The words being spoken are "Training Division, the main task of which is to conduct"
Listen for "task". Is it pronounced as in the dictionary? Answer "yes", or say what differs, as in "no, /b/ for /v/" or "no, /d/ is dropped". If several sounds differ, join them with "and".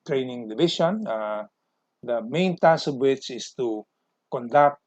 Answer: no, /k/ is dropped